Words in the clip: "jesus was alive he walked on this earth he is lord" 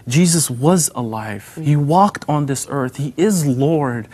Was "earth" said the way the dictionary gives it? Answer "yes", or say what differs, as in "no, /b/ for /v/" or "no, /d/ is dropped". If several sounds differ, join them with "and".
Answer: yes